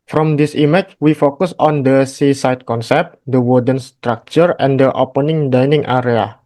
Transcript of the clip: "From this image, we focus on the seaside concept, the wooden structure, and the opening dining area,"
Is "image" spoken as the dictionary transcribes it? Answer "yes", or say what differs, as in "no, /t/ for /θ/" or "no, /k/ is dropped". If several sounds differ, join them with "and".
no, /tʃ/ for /dʒ/